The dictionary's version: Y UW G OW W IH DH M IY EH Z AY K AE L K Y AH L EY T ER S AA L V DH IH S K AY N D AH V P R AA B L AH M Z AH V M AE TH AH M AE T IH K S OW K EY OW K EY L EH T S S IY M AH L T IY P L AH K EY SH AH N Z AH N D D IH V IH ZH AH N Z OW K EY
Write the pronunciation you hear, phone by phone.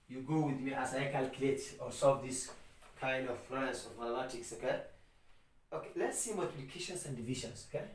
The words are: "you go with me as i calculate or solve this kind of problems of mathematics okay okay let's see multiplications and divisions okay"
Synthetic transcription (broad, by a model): Y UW G OW W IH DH M IY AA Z AY K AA L K Y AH L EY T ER S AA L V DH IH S K AY N D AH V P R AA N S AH M AH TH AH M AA T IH K S OW K EY OW K EY L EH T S S IY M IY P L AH K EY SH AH N S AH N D D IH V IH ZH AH N S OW K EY